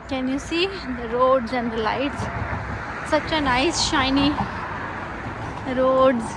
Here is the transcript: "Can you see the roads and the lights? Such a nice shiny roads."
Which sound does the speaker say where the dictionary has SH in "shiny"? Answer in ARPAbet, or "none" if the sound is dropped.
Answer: SH